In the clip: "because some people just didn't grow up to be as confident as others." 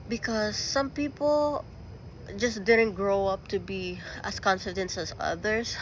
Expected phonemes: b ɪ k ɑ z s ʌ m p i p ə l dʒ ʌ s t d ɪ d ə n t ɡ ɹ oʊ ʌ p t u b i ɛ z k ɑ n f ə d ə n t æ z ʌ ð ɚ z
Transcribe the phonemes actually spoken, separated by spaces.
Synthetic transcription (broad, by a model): b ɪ k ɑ s ʌ m p i p ə l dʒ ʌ s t d ɪ d ə n t ɡ ɹ oʊ ʌ p t u b i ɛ s k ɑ n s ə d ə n t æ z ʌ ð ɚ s